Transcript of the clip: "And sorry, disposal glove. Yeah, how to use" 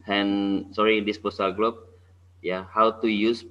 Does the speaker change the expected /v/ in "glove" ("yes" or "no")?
yes